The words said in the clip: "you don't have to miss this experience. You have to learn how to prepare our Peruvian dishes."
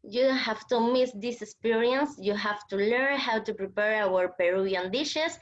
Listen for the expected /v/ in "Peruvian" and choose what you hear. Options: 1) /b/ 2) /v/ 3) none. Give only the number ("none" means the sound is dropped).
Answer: 3